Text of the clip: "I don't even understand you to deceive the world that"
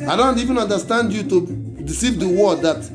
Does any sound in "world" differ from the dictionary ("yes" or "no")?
yes